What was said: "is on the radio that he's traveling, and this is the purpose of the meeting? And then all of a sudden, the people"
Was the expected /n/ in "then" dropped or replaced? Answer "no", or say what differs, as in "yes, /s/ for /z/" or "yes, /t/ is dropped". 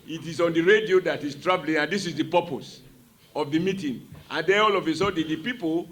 yes, /n/ is dropped